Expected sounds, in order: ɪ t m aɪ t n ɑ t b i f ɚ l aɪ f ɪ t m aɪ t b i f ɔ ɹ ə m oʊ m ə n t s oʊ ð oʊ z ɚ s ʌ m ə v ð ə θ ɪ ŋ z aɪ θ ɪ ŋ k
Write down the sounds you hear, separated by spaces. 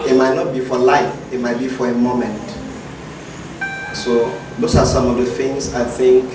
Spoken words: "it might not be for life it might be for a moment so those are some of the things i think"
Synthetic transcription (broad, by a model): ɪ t m aɪ t n ɑ t b i f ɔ l aɪ f ɪ t m aɪ t b i f ɔ ɹ ə m oʊ m ə n t s oʊ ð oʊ s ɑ s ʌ m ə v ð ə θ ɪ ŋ s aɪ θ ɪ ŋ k